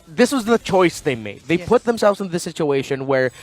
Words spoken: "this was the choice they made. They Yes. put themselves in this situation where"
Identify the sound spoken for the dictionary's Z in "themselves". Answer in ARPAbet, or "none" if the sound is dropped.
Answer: Z